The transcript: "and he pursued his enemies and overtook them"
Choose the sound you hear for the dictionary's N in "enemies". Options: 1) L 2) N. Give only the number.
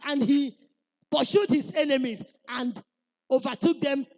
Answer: 2